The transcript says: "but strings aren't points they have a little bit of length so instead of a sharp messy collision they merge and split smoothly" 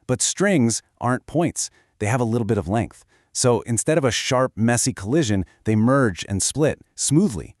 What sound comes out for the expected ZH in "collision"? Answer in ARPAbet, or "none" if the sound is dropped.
ZH